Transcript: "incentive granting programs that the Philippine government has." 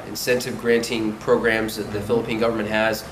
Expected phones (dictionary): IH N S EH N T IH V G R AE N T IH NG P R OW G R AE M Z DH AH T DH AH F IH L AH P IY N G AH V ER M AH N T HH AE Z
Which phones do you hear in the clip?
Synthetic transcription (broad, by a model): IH N S EH N T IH V G R AE N T IH NG P R OW G R AE M Z DH AH T DH AH F IH L AH P IY N G AH V ER M AH N T HH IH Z